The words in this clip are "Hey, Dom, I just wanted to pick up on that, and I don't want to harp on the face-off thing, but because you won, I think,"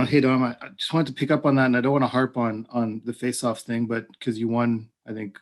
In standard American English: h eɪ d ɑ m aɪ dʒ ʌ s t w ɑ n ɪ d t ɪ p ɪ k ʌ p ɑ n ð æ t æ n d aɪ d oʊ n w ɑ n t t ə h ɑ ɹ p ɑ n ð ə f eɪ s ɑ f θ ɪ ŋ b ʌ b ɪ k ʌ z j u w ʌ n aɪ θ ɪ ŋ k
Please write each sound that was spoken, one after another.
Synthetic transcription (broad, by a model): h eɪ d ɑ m aɪ dʒ ʌ s t w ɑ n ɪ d t ɪ p ɪ k ʌ p n ð æ t n aɪ d oʊ n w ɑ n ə h ɑ ɹ p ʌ n ð ə f eɪ s ɑ f θ ɪ ŋ b ʌ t k ʌ z j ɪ w ʌ n aɪ θ ɪ ŋ k